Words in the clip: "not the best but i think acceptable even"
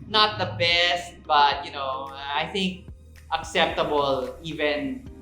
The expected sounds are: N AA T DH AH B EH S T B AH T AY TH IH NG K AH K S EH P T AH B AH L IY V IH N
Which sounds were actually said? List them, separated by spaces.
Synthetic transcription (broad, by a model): N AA T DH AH B EH S T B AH T AY TH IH NG K AH K S EH P T AH B AH L IY V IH N